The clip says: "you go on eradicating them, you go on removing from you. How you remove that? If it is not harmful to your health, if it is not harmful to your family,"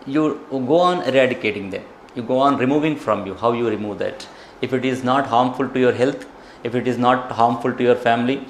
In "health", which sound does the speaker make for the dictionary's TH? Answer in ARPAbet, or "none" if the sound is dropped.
T